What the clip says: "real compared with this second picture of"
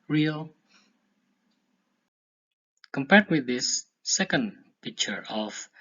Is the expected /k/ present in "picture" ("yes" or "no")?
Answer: yes